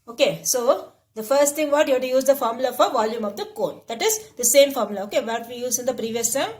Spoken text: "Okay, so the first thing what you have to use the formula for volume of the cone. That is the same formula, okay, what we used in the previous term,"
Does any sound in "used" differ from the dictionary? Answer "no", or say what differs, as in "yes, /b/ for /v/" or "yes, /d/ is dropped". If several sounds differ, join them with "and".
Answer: yes, /d/ is dropped